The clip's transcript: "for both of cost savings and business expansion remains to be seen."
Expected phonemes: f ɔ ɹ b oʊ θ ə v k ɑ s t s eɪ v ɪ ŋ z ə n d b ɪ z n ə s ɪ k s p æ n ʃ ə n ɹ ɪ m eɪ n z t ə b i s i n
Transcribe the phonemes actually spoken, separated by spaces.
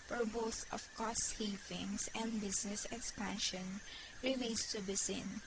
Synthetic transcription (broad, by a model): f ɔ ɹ b oʊ θ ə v k ɑ s t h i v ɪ ŋ s ə n d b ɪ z n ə s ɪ k s p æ n ʃ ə n ɹ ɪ m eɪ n s t ə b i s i n